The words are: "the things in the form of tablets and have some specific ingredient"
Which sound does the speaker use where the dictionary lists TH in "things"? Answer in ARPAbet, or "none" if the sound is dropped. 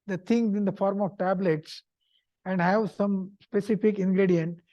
T